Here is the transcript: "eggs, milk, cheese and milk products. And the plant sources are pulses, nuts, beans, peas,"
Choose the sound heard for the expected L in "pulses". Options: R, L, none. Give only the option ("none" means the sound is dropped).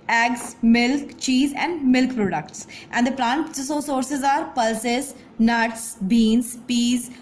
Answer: L